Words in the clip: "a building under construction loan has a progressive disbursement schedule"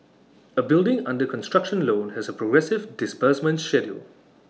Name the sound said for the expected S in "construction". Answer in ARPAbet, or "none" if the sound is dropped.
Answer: S